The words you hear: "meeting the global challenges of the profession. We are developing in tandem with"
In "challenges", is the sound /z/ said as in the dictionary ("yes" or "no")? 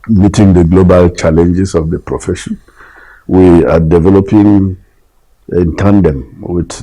no